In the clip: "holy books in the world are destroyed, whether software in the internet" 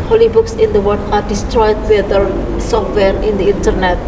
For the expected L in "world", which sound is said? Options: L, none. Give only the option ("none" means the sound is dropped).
none